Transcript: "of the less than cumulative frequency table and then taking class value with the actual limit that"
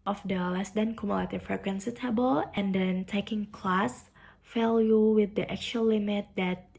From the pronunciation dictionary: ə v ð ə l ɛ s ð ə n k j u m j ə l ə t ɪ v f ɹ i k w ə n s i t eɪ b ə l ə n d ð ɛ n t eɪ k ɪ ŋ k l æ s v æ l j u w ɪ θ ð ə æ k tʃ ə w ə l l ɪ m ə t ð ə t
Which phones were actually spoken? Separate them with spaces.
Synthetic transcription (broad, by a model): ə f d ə l ɛ s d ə n k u m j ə l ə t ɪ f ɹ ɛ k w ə n s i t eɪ b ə l ə n d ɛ n t eɪ k ɪ ŋ k l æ s f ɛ l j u w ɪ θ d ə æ k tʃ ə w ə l l ɪ m ə t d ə t